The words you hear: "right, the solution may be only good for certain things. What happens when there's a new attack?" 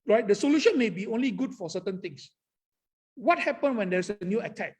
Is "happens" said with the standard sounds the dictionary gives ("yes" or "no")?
no